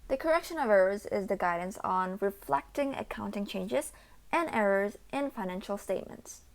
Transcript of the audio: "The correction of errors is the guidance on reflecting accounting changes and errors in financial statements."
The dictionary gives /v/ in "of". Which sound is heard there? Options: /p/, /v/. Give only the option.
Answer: /v/